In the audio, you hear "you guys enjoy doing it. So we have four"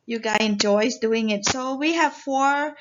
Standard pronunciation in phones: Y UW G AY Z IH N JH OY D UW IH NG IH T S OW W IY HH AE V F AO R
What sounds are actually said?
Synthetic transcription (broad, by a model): Y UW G AY IH N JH OY D UW IH NG IH T S OW W IY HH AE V F AO R